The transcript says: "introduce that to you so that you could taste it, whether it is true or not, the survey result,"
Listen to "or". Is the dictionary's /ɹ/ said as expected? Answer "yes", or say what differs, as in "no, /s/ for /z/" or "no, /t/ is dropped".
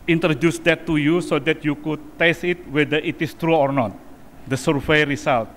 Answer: yes